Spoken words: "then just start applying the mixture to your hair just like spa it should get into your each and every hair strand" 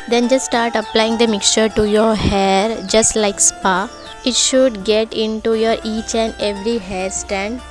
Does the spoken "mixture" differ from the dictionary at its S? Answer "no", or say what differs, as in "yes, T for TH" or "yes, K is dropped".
no